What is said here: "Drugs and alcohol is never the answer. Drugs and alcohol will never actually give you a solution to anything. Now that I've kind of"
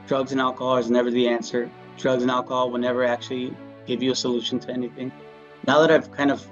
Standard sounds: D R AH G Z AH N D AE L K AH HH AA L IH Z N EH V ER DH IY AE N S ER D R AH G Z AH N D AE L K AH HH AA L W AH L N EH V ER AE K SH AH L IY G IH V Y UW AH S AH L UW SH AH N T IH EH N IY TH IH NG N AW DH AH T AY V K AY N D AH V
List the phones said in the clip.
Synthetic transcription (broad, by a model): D R AH G Z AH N AE L K AH HH AA L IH Z N EH V ER DH IY AE N S ER D R AH G Z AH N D AE L K AH HH AA L W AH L N EH V ER AE K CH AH L IY G IH V Y AH S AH L UW SH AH N T IH EH N IY TH IH NG N AW DH AH T AY V K AY N D AH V